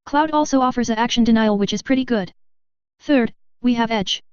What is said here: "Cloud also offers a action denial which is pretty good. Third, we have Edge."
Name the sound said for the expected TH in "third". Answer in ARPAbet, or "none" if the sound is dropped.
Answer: TH